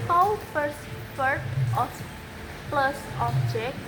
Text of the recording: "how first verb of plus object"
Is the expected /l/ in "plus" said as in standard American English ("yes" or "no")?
yes